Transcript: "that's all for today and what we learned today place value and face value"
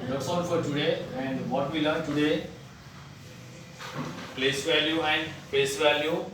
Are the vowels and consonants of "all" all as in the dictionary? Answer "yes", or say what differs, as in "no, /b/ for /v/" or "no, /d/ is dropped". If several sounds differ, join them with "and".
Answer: no, /n/ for /l/